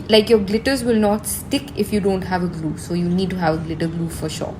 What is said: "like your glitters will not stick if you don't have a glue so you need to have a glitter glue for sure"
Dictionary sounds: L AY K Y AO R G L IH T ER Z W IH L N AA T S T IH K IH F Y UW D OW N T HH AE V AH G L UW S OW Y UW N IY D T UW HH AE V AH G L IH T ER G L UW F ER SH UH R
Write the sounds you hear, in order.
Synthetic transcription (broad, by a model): L AY K Y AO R G L IH T ER Z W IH L N AA T S T IH K IH F Y UW D OW N T HH AE V AH G L UW S OW Y UW N IY D T UW HH AE V AH G L IH T ER G L UW F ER SH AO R